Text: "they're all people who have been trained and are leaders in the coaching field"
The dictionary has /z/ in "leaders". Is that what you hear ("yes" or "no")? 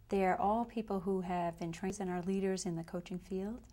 yes